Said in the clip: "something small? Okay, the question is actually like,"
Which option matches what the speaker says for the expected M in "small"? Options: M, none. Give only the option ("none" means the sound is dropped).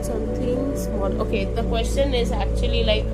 none